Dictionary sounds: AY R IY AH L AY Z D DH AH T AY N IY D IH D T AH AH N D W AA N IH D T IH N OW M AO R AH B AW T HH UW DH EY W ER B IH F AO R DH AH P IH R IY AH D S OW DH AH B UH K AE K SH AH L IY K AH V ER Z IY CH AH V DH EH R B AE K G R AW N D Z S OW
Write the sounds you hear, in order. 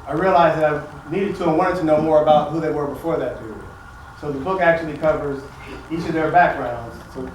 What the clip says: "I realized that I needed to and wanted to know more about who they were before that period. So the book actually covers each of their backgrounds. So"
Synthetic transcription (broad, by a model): AY R IY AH L AY Z DH AH T AY N IY D IH D T AH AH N W AA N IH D T IH N OW M AO R AH B AW T HH UW DH EY W ER B IH F AO R DH AH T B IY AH S OW DH AH B UH K AE K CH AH L IY K AH V ER Z IY CH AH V DH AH R B AE K G R AW N D Z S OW